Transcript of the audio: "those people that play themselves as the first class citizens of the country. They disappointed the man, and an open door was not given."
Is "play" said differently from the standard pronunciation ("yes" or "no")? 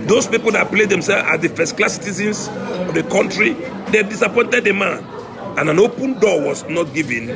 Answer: no